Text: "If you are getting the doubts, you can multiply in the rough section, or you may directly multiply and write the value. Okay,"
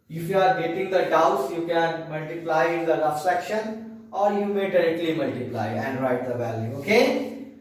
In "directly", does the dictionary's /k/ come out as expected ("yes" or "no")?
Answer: yes